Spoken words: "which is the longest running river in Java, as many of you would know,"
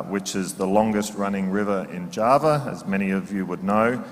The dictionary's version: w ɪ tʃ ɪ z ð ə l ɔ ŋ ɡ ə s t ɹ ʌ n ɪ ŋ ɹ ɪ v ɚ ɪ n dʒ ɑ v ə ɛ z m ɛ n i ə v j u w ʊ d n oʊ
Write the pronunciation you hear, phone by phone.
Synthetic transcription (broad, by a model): w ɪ tʃ ɪ z ð ə l ɔ ŋ ɡ ə s t ɹ ʌ n ɪ ŋ ɹ ɪ v ɚ ɪ n dʒ ɑ v ə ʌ z m ɛ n i ə v j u w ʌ d n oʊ